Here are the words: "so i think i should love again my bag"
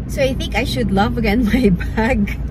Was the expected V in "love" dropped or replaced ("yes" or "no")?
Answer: no